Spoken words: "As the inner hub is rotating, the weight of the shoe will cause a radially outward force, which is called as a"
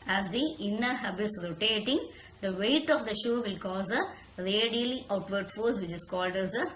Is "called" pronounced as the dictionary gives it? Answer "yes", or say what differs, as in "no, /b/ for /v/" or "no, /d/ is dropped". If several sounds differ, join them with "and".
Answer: yes